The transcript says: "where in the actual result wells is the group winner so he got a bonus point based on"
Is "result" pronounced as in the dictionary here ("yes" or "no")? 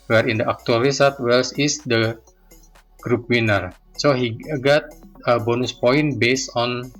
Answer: no